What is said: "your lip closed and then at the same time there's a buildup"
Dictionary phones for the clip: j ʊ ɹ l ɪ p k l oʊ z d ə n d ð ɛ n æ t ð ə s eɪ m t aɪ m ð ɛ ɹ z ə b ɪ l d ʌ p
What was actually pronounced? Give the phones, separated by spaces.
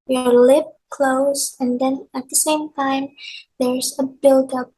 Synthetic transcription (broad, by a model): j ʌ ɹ l ɪ p k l oʊ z ə n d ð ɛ n æ t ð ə s eɪ m t aɪ m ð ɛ ɹ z ə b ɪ l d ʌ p